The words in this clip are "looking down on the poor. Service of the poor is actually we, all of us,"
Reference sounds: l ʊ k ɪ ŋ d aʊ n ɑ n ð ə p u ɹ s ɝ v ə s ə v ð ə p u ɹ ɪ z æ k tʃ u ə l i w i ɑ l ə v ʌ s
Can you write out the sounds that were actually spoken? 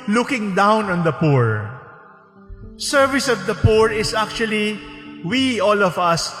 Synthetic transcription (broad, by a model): l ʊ k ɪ ŋ d aʊ n ɑ n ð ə p u ɹ s ɝ v ə s ə v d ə p u ɹ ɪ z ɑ k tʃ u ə l i w i ɑ l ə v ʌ s